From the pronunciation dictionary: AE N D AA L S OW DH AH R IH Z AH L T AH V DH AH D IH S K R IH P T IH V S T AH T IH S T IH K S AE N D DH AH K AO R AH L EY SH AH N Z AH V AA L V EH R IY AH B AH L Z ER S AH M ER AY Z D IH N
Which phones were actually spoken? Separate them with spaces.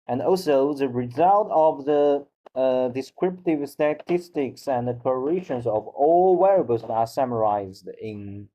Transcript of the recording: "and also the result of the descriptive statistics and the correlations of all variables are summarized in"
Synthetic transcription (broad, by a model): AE N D AA L S OW DH AH R IH Z AH L T AH V DH AH D IH S K R IH P T IH V S T AH T IH S T IH K S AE N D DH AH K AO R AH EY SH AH N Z AH V AA L W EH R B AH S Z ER S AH M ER AY Z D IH N